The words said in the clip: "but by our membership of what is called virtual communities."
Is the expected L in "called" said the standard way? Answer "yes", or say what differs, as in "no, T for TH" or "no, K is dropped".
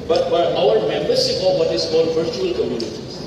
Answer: no, L is dropped